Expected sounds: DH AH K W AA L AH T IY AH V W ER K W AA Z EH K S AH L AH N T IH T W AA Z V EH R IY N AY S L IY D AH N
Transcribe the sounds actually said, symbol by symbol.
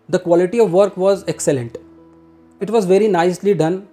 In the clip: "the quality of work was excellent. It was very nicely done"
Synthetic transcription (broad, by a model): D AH K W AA L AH T IY AH V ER K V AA Z EH K S AH L AH N T IH T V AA Z V EH R IY N AY S L IY D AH N